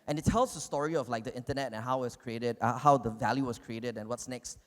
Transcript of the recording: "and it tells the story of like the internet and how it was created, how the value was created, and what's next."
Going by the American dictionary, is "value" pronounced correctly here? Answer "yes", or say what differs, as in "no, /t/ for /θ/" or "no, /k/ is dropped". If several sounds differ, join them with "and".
yes